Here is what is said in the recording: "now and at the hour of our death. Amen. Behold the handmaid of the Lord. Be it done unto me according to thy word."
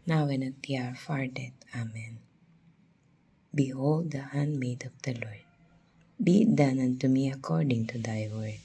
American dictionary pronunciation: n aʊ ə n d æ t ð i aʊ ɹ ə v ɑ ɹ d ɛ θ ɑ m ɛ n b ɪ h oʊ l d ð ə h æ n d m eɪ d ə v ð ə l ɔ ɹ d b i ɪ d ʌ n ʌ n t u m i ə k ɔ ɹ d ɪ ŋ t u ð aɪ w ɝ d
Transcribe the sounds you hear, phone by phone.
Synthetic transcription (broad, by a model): n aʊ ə n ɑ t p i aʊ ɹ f ɑ ɹ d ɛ t ɑ m ɛ n b ɪ h oʊ l d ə h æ n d m eɪ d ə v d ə l ɔ ɹ d b i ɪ d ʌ n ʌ n t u m i ə k ɔ ɹ d ɪ ŋ t u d aɪ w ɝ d